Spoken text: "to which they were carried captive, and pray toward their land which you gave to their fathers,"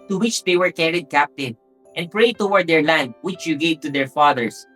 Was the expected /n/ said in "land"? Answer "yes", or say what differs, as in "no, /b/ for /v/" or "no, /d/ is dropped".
yes